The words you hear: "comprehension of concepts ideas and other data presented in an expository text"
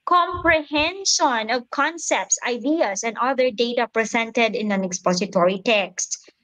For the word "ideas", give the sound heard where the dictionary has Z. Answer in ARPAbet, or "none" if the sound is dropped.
S